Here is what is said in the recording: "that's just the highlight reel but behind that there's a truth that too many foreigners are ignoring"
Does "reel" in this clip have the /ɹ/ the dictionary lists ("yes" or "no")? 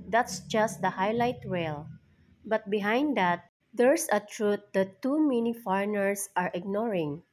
no